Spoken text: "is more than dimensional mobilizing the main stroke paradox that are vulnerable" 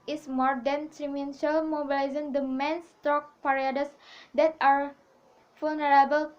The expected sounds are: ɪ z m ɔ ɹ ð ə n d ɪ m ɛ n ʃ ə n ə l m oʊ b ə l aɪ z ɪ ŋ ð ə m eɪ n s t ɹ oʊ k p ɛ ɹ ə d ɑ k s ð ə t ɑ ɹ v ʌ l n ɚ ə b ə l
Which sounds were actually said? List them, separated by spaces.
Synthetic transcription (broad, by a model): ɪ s m ɔ ɹ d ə n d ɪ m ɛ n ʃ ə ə l m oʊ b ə l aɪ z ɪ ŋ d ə m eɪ n s t oʊ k p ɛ ɹ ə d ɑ s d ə t ɑ ɹ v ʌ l n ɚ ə b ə l